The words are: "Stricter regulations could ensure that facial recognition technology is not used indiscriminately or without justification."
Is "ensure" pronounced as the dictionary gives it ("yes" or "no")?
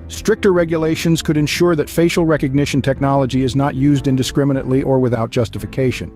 yes